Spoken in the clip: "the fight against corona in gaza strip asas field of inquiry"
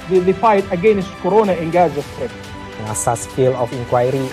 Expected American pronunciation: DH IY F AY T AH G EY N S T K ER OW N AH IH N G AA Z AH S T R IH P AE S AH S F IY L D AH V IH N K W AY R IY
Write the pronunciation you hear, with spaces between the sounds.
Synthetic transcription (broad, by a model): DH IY F AY T AH G EY N S T K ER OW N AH IH N G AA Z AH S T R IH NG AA S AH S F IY L AH F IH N K W AY R IY